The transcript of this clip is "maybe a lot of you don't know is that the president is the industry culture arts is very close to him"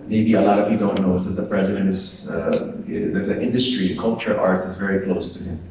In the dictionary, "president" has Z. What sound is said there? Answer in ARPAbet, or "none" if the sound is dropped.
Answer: Z